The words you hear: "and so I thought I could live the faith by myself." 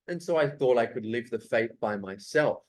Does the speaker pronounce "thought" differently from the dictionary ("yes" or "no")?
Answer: no